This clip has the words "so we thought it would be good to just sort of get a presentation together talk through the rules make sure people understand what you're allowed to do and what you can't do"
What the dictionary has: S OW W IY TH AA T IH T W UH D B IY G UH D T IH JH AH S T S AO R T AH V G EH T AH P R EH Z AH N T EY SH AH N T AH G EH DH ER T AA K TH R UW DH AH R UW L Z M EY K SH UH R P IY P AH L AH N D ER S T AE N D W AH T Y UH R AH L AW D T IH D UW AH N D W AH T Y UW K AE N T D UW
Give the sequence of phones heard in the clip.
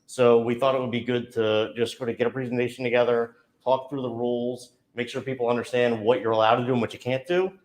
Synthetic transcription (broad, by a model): S OW W IY TH AA T IH T W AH D B IY G UH D T IH JH AH S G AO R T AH G EH T AH P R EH Z N T EY SH N T AH G EH DH ER T AA K TH R UW DH AH R UW L Z M EY K SH UH R P IY P L AH N D ER S T AE N D W AH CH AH R AH L AW D T IH D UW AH N W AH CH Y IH K AE N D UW